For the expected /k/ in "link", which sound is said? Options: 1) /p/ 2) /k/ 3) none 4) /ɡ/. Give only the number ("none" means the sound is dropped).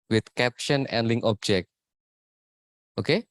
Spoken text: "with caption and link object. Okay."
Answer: 3